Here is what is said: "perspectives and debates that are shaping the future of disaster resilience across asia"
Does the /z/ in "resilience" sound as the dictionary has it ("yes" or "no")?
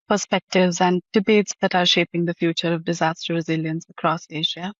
yes